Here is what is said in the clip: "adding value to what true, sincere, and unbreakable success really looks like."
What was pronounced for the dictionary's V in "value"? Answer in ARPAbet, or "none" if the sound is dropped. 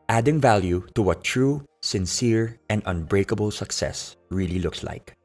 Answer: V